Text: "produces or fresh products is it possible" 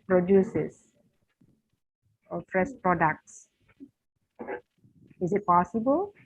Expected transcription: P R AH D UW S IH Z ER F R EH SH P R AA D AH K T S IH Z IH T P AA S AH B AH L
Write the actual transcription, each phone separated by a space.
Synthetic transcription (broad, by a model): P R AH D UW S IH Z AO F R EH S P R AA D AH K T S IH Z IH T P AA S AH B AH L